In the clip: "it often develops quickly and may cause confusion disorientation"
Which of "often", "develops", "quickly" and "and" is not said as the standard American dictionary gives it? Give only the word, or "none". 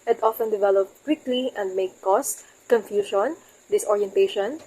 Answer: develops